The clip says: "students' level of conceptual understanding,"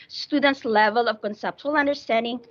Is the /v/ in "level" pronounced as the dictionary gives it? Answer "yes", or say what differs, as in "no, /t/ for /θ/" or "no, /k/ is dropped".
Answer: yes